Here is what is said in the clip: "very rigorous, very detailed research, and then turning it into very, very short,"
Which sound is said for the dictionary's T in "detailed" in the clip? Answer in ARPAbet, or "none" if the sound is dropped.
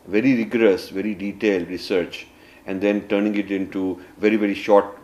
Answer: T